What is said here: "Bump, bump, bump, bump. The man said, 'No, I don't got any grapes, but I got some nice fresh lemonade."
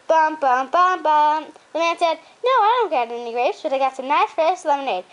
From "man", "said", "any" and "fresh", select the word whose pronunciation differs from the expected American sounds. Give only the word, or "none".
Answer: fresh